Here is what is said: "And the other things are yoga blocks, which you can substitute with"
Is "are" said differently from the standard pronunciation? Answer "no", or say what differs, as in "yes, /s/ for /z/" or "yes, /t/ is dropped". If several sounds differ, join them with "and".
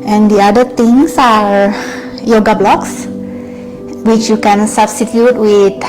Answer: no